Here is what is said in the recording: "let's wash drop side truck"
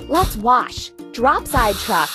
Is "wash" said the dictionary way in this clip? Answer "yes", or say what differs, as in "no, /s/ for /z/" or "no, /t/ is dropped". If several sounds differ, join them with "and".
yes